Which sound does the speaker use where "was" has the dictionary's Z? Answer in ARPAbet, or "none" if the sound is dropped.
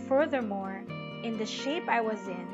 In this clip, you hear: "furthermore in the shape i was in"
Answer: Z